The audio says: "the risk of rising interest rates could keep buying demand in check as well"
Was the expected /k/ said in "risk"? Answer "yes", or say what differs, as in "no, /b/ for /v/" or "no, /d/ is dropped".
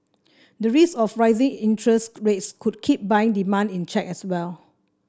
no, /k/ is dropped